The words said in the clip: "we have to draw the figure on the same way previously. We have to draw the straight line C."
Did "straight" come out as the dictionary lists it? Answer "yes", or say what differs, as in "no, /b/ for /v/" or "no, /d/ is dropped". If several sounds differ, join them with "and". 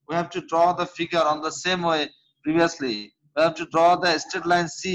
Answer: no, /ɹ/ is dropped